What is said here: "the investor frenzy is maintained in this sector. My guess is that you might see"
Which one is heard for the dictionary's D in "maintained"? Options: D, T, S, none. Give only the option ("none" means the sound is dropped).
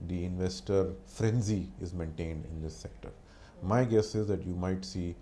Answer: D